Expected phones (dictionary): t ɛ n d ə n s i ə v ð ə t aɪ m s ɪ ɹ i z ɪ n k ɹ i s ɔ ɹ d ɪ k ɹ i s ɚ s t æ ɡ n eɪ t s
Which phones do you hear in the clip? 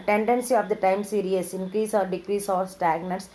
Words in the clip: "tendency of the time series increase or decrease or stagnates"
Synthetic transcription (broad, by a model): t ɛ n d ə n s i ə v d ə t aɪ m s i ɹ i s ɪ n k ɹ i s ɔ ɹ d ɪ k ɹ i s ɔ s t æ ɡ n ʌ t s